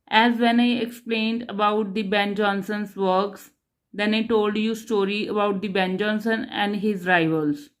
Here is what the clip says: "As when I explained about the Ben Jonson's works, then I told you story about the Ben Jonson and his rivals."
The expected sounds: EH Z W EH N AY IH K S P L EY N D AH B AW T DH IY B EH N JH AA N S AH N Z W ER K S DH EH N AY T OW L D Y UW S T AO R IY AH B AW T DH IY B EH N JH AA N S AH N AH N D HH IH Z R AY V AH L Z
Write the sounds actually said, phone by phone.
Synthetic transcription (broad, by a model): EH Z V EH N AY IH K S P L EY N D AH B AW T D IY B EH N JH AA N S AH N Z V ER K S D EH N AY T OW L D Y UW S T AO R IY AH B AW T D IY B EH N JH AA N S AH N AH N D HH IH Z R AY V AH L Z